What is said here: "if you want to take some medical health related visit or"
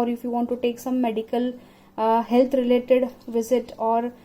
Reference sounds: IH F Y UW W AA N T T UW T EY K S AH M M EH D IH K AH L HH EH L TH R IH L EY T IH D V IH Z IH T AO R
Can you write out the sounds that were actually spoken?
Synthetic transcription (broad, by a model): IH F Y UW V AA N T T UW T EY K S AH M M EH D IH K AH L HH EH L T R IH L EY T IH D V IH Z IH T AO R